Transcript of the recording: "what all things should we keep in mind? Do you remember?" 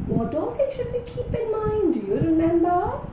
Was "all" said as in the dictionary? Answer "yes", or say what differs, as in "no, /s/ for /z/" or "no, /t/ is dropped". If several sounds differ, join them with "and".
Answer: no, /n/ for /l/